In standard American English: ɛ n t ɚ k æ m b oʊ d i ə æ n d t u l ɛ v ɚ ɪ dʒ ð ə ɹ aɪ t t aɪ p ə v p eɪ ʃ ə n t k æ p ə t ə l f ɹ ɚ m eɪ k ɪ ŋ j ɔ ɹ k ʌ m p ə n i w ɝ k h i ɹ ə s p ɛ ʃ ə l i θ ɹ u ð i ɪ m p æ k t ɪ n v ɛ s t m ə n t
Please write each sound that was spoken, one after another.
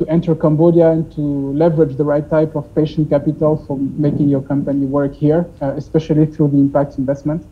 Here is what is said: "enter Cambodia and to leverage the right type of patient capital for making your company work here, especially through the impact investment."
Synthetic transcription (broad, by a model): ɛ n t ɚ k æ m b oʊ d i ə n t u l ɛ v ɚ ɪ dʒ ð ə ɹ aɪ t t aɪ p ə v p eɪ ʃ ə n t k æ p ə t ə l f ɹ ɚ m eɪ k ɪ ŋ j ɔ ɹ k ʌ m p ə n i w ɝ k h i ɹ ə s p ɛ ʃ ə l i θ ɹ u ð i ɪ m p æ k t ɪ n v ɛ s t m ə n t